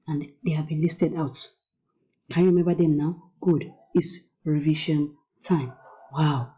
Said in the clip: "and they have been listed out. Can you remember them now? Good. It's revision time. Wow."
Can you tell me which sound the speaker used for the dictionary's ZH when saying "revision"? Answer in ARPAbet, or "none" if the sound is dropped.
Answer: SH